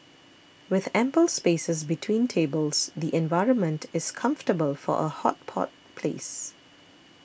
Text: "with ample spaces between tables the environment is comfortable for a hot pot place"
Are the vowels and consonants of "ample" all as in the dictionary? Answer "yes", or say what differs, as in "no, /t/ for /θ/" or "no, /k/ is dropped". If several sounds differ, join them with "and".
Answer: yes